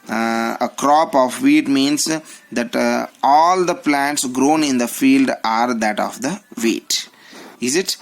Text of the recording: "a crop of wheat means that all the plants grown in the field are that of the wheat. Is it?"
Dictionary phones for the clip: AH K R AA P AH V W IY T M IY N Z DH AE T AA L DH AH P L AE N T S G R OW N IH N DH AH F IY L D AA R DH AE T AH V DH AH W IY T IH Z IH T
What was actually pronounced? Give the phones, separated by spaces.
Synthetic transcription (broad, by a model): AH K R AA P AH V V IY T M IY N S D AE T AA L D AH P L AE N T S G R OW N IH N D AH F IY L D AA R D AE T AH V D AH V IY T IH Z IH T